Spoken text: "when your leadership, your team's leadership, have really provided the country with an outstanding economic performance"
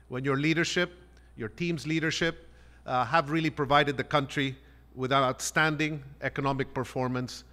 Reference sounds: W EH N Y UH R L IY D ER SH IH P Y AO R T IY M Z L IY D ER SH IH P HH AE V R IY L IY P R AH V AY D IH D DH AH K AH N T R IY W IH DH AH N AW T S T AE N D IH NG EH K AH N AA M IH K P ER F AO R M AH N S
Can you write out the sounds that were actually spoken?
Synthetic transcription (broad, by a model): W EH N Y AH R L IY D ER SH IH P Y AO R T IY M Z L IY D ER SH IH P HH AE V R IY L IY P R AH V AY D IH D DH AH K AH N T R IY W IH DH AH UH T S T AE N D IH NG EH K AH N AA M IH K P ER F AO R M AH N S